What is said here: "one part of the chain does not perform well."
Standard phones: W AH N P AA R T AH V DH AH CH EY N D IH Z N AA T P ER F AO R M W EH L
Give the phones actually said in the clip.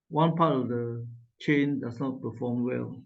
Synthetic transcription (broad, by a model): W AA N P AA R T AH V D AH CH EY N D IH S N AA T P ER F AO M W EH L